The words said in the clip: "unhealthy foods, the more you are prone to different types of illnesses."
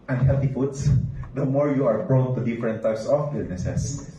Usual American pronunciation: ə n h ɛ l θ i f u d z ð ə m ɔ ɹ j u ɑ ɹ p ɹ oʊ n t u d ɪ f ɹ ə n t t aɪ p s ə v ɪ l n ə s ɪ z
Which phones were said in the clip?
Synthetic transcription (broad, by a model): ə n h ɛ l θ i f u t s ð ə m ɔ ɹ j u ɑ ɹ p ɹ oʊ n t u d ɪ f ɹ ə n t t aɪ p s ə b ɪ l n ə s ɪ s